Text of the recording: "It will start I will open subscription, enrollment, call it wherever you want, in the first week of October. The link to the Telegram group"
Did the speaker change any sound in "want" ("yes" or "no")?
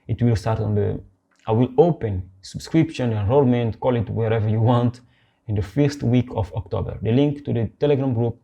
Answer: no